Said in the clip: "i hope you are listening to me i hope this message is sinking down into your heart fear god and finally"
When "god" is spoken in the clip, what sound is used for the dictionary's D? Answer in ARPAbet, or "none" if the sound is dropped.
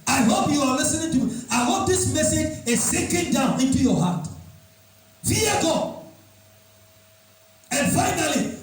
none